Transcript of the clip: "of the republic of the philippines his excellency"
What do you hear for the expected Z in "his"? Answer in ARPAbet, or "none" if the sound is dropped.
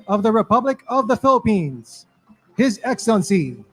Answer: Z